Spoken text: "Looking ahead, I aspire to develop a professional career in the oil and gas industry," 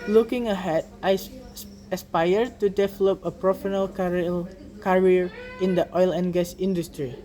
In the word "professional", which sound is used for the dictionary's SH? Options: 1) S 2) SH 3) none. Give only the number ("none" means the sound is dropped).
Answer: 3